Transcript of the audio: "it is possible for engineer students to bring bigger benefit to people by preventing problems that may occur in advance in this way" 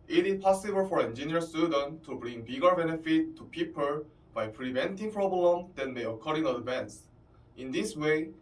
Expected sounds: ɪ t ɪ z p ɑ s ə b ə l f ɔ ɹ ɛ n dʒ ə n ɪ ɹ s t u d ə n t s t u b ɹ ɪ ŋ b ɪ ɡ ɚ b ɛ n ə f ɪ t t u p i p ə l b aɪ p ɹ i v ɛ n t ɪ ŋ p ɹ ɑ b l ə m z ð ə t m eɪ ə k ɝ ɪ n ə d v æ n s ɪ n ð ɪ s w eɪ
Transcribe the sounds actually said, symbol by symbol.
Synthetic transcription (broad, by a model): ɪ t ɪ s p ɑ s ə b ə l f ɔ ɹ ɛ n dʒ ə n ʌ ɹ s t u d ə n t t u b ɹ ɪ ŋ b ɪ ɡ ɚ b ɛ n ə f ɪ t t u p i p ə l b aɪ p ɹ i v ɛ n t ɪ ŋ p ɹ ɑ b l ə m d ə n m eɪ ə k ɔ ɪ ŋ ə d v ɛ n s ɪ n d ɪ s w eɪ